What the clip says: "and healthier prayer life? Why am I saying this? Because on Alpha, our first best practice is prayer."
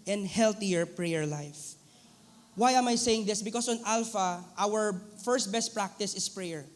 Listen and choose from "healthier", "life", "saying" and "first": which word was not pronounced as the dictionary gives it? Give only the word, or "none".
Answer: healthier